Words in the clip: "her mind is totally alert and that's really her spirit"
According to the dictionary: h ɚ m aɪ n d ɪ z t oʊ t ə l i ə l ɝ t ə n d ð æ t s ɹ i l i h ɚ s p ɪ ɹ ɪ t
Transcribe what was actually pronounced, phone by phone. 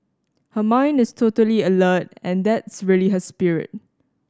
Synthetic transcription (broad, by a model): h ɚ m aɪ n d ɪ s t oʊ t ə l i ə l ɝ t ə n d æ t s ɹ i l i h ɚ s p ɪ ɹ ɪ t